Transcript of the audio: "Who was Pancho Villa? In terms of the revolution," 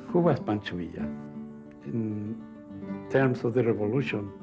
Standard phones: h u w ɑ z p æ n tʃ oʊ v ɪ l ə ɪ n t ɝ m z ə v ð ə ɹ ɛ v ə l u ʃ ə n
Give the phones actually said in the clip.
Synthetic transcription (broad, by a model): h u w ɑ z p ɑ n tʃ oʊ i ə ɪ n t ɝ m s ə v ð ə ɹ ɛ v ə l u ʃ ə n